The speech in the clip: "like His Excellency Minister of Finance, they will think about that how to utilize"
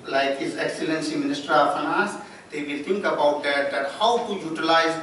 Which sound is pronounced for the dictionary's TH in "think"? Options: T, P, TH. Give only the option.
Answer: T